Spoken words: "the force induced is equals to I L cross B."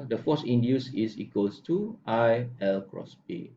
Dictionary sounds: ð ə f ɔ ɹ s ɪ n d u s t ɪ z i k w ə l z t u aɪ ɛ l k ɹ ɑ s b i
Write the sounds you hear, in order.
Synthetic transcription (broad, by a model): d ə f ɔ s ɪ n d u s ɪ s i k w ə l s t u aɪ ɛ l k ɹ ɑ s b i